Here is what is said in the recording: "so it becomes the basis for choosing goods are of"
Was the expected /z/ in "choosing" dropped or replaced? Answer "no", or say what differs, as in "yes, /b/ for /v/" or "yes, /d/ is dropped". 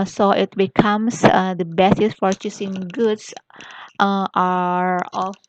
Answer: yes, /s/ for /z/